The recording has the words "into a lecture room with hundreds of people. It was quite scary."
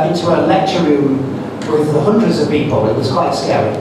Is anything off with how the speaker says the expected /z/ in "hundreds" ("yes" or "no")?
no